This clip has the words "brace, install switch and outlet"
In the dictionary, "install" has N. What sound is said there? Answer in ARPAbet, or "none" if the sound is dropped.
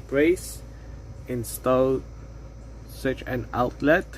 N